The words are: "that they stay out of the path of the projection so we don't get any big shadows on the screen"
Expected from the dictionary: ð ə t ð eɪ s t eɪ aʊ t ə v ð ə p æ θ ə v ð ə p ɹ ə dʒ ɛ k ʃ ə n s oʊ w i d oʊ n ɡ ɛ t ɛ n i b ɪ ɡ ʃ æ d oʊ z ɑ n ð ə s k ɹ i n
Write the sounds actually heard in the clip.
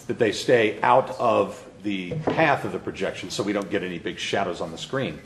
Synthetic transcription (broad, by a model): ð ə t ð eɪ s t eɪ aʊ t ə v ð ə p æ θ ə v ð ə p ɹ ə dʒ ɛ k ʃ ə n s oʊ w i d oʊ n ɡ ɛ t ɛ n i b ɪ ɡ ʃ æ d oʊ z n ð ə s k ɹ i n